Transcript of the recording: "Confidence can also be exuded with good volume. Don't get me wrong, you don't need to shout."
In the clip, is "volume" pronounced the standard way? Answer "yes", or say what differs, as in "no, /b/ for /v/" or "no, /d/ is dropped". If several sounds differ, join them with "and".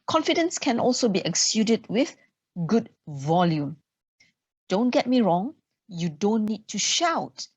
yes